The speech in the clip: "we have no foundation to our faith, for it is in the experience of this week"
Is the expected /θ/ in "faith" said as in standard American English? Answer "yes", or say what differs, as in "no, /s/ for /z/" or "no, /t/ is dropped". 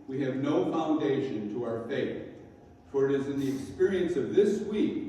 yes